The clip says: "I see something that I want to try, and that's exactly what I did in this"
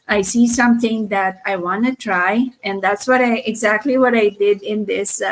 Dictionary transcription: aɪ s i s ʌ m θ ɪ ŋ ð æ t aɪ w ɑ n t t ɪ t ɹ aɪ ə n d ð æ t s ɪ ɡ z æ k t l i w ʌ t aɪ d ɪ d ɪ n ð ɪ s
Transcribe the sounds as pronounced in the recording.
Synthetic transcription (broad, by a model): aɪ s i s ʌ m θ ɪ ŋ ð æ t aɪ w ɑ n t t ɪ t ɹ aɪ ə n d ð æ t s ɪ ɡ z æ k t l i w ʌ t aɪ d ɪ d ɪ n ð ɪ s